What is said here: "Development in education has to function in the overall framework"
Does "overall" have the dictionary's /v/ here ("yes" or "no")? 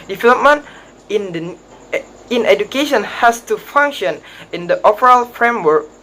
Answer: no